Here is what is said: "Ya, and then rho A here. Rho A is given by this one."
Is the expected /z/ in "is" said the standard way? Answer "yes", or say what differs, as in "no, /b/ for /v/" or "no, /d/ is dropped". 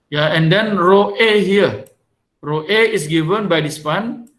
no, /s/ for /z/